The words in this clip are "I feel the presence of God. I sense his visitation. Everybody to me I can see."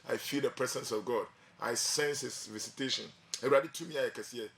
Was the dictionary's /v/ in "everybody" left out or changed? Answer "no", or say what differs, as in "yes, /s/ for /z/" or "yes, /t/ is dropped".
yes, /v/ is dropped